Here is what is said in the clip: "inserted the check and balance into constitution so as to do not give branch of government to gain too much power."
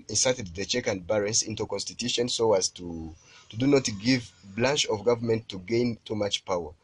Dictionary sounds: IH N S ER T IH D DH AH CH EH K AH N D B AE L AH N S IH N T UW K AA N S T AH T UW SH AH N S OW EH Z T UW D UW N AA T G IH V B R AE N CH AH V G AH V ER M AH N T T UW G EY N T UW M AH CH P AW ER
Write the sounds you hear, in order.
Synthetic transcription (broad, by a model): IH N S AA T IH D DH AH CH EH K AH N D B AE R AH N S IH N T UW K AA N S T AH T UW SH AH N S OW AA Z T UW D UW N AA T G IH V B L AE N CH AH V G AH V ER M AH N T T UW G EY N T UW M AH CH P AW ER